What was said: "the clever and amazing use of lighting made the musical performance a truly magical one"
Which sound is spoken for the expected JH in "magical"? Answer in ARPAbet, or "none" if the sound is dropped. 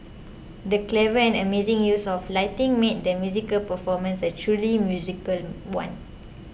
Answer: Z